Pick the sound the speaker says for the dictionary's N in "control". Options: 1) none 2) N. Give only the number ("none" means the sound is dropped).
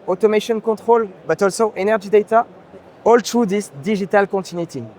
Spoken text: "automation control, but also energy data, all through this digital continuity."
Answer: 1